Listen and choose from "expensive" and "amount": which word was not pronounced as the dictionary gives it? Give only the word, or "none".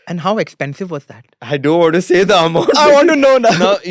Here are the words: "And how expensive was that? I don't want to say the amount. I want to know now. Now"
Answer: amount